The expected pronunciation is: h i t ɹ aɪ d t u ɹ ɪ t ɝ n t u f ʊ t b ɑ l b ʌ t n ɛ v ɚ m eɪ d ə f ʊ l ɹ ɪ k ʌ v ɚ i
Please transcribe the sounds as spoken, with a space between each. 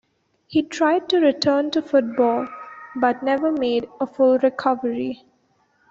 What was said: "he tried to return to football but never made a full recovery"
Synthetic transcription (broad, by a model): h i t ɹ aɪ d t u ɹ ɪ t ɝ n t u f ʊ t b ɑ l b ʌ t n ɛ v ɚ m eɪ d ə f ʊ l ɹ ɪ k ʌ v ɚ i